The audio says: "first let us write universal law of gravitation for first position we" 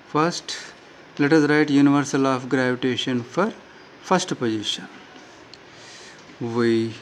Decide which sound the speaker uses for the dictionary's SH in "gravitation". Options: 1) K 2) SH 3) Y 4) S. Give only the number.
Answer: 2